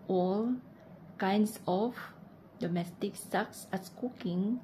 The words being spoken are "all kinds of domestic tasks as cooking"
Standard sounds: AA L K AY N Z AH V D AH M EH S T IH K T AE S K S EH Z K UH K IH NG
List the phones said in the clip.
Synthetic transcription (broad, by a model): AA L K AY N S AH F D AH M EH S T IH K S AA K S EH S K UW K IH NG